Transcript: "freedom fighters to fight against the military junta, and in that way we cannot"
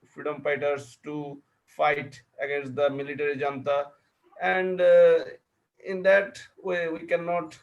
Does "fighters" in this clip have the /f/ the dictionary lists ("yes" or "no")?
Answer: no